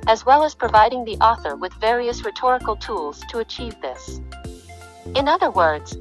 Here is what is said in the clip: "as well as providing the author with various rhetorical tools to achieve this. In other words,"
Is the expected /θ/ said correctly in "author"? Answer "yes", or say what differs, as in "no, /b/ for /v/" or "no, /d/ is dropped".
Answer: yes